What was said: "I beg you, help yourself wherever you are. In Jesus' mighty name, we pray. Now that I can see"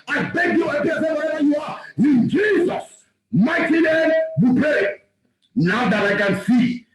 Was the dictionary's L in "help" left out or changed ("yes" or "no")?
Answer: yes